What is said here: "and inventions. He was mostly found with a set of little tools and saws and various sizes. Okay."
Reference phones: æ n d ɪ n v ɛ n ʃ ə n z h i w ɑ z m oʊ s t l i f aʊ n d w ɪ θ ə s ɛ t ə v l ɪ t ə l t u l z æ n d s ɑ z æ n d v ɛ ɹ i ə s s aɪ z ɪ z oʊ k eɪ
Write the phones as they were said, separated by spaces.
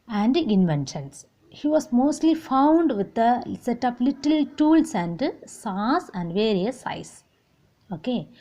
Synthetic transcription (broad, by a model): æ n d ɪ n v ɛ n ʃ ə n s h i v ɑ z m oʊ s t l i f aʊ n d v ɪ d ə s ɛ t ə p l ɪ t ə l t u l s æ n d s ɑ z æ n d v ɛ ɹ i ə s s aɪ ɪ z oʊ k eɪ